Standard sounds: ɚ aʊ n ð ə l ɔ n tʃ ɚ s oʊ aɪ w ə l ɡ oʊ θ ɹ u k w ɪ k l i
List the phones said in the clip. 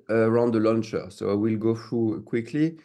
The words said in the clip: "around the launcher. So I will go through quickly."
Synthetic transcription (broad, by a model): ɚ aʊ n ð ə l ɔ n tʃ ɚ s oʊ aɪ w ə l ɡ oʊ θ ɹ u k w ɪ k l i